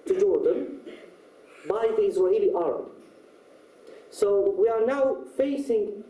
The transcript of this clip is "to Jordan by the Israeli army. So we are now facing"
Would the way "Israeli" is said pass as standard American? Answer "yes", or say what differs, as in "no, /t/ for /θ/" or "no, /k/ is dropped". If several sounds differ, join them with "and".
no, /w/ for /ɹ/